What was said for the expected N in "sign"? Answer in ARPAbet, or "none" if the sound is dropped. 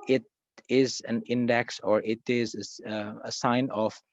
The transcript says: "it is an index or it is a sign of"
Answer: N